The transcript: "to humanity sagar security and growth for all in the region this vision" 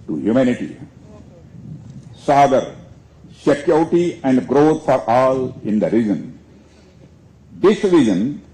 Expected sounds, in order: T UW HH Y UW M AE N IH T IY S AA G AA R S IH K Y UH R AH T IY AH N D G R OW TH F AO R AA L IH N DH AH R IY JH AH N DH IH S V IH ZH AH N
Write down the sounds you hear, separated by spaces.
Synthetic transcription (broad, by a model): T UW HH Y UW M AE N IH T IY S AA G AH R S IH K Y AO AH T IY AH N D G R OW T F AO R AA L IH N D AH R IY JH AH N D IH S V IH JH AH N